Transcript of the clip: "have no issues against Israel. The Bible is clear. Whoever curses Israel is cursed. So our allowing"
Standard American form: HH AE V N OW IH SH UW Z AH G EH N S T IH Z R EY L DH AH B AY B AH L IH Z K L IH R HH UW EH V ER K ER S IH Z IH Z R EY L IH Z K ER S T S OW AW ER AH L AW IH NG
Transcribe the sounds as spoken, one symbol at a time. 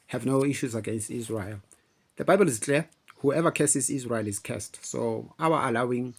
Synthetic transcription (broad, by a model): HH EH V N OW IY SH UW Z AH G EH N S T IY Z R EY L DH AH B AY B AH L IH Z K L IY HH UW EH V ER K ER S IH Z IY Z R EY L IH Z K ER S T S OW AW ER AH L AW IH NG